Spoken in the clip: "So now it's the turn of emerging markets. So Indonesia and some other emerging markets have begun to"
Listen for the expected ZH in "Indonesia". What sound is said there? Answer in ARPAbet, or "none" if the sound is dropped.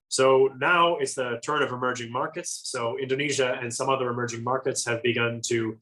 ZH